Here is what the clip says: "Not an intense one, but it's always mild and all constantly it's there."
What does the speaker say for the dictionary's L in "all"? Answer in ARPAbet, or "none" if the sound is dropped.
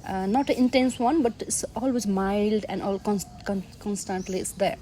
N